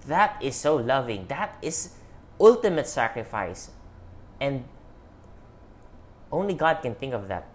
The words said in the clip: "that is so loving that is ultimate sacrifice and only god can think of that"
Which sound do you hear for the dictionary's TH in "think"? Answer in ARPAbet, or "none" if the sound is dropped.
TH